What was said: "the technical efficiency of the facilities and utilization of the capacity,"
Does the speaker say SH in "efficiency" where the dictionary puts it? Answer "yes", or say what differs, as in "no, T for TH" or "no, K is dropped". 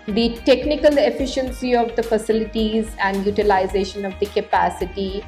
yes